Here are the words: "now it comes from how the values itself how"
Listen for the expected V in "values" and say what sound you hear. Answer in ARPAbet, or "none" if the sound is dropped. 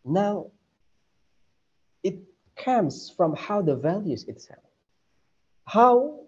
V